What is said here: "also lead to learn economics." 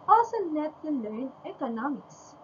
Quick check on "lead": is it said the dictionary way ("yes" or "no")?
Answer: no